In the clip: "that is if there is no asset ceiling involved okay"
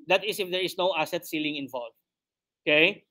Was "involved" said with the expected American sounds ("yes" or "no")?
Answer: no